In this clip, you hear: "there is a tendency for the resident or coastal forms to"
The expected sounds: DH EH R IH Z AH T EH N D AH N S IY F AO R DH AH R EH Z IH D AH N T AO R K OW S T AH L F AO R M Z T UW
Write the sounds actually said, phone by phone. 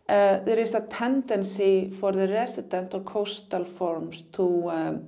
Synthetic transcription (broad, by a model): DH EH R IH S AH T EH N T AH N S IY F AO R DH AH R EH S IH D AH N T AO R K OW S T AH L F AO R M S T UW